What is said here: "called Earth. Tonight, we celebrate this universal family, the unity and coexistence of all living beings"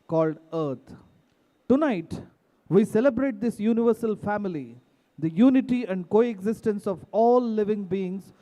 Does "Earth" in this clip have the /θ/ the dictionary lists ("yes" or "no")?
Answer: no